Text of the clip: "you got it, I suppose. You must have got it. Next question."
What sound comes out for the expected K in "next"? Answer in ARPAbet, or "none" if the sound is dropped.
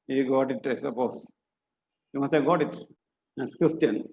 none